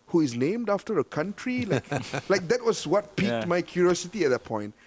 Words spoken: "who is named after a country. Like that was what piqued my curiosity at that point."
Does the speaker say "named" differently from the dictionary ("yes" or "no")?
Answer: no